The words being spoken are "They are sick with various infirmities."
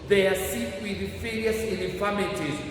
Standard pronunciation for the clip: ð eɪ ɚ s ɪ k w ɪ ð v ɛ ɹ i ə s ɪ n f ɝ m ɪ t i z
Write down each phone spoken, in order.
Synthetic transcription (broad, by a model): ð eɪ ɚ s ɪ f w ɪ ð f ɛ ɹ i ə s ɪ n f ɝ m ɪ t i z